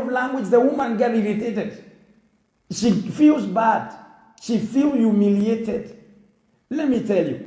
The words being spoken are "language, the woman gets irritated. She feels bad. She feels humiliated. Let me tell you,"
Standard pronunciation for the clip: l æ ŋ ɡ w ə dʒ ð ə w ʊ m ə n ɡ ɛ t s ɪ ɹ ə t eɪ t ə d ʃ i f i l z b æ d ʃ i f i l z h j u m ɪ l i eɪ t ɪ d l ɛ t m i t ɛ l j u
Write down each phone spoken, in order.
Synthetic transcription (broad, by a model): l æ ŋ ɡ w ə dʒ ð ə w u m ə n ɡ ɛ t ɪ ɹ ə t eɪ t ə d ʃ i f i l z b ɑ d ʃ i f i l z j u m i l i eɪ t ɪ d l ɛ t m i t ɛ l j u